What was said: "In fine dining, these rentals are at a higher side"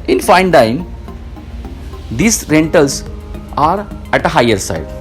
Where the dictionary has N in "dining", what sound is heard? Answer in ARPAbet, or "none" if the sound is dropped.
none